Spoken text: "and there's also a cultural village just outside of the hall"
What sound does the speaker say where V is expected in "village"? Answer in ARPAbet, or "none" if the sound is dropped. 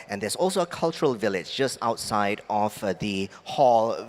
V